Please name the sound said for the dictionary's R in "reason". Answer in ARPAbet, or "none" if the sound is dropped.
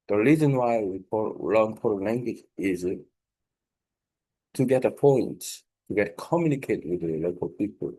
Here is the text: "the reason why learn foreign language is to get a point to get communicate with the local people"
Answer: R